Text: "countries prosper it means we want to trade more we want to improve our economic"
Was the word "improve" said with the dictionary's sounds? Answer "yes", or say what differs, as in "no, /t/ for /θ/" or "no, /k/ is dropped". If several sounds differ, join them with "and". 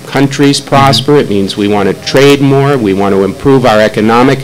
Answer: yes